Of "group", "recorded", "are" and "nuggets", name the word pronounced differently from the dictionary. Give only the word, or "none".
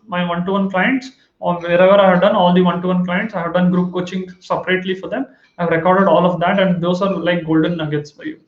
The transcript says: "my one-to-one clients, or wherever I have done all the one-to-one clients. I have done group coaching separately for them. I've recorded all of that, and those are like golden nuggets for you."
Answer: none